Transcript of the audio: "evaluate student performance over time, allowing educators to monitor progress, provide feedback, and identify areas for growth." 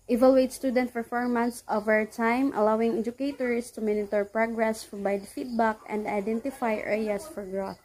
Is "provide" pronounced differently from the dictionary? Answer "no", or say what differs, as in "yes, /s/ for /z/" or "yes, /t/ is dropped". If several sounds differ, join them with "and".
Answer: yes, /b/ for /v/